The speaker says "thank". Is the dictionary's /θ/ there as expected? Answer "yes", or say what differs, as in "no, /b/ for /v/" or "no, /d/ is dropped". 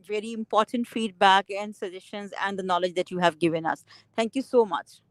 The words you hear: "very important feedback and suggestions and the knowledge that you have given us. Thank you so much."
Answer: no, /t/ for /θ/